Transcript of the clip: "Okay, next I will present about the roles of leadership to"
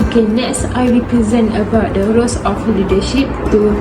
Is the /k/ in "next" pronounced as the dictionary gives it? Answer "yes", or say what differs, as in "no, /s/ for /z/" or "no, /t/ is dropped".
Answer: no, /k/ is dropped